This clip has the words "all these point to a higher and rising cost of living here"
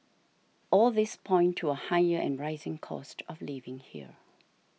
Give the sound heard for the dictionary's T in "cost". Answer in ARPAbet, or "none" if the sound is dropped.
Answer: T